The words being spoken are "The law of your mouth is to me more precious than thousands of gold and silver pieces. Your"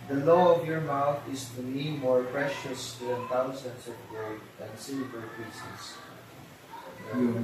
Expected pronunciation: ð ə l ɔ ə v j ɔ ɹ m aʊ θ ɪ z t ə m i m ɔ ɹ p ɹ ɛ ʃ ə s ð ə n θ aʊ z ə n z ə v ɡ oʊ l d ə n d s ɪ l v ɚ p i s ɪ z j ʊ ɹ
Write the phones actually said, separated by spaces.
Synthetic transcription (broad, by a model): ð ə l ɔ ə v j ɔ ɹ m aʊ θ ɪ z t ə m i m ɔ ɹ p ɹ ɛ ʃ ə s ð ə n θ aʊ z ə n s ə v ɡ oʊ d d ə n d s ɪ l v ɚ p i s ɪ s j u